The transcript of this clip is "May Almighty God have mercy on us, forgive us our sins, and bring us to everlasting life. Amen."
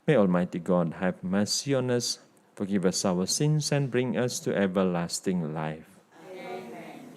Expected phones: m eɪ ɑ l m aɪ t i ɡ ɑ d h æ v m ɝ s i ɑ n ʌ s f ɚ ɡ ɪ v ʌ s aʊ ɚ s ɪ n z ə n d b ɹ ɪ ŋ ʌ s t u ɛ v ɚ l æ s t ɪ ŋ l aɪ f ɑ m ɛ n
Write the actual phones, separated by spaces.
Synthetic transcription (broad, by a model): m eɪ ɑ l m aɪ t i ɡ ɑ d h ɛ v m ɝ s i ɑ n ʌ s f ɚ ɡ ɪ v ʌ s aʊ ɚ s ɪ n s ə n b ɹ ɪ ŋ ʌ s t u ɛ v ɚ l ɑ s t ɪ ŋ l aɪ f